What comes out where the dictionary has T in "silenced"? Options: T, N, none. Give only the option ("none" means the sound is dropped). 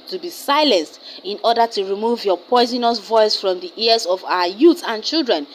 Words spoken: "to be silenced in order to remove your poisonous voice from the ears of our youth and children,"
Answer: T